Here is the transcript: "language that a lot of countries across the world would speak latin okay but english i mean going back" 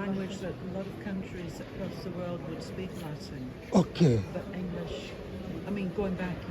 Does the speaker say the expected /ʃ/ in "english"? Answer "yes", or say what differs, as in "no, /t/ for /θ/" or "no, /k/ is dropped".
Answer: yes